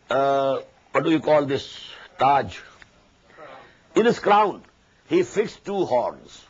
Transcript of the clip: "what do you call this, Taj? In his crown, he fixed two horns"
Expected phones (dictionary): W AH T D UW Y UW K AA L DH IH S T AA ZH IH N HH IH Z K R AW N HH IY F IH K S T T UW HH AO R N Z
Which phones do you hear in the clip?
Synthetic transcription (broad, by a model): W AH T D UW Y UW K AA L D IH S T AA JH IH N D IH S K R AW N HH IY F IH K S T T UW HH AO R N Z